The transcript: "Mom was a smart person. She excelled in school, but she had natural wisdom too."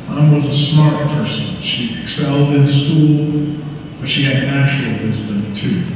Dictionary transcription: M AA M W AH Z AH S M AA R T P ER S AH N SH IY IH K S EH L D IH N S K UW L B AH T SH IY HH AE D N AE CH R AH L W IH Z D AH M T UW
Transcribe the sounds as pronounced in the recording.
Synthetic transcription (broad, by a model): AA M W AH Z AH S M AA R T P ER S AH N SH IY IH K S EH L D IH N S K UW L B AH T SH IY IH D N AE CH AH L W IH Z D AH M T UW